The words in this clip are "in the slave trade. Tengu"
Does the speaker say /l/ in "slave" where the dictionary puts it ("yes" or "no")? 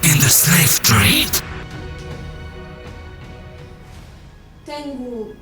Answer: no